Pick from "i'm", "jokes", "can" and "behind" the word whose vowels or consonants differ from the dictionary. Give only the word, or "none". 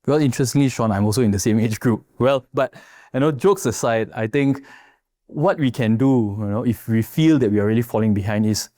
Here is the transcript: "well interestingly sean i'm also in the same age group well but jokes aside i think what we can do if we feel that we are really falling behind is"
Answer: none